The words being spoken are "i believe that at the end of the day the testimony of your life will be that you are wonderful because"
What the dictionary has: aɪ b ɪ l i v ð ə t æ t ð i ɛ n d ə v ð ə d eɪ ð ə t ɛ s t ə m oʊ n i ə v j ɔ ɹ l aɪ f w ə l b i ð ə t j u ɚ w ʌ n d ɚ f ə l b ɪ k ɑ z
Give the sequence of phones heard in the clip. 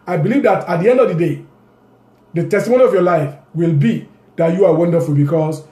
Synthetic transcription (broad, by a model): aɪ b ɪ l i v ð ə t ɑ t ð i ɛ n d ə v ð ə d eɪ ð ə t ɛ s t ə m oʊ n i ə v j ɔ l aɪ f w ə l b i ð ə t j u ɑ w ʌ n d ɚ f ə l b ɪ k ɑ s